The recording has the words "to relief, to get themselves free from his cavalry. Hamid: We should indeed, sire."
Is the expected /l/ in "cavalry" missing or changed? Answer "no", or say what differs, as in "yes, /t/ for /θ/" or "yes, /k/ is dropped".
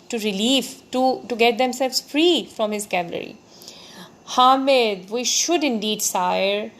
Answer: yes, /l/ is dropped